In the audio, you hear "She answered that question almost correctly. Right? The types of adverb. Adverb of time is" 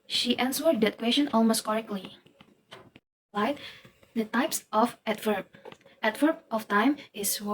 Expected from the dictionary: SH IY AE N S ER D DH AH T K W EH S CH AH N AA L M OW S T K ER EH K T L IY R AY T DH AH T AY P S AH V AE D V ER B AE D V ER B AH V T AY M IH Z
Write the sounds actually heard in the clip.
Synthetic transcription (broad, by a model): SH IY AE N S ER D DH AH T K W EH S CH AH N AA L M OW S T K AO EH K L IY L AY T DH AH T AY P S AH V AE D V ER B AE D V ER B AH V T AY M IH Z